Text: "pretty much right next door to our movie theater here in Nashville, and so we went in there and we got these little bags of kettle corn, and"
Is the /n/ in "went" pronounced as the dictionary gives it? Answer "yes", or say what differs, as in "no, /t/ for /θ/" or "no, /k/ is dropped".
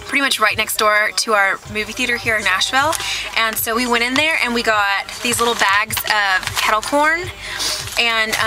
no, /n/ is dropped